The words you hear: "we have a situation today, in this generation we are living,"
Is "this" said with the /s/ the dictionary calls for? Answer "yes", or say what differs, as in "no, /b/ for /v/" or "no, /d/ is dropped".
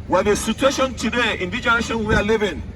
no, /s/ is dropped